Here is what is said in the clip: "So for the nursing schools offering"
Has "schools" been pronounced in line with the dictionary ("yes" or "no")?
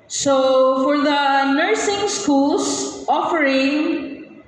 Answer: no